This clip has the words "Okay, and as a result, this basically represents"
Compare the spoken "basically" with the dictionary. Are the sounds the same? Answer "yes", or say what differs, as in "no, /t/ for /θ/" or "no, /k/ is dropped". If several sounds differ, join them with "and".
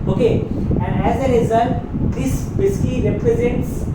no, /l/ is dropped